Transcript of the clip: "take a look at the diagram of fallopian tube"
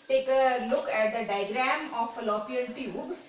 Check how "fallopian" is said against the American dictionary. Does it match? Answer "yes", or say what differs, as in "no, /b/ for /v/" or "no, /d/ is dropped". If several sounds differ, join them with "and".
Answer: no, /l/ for /n/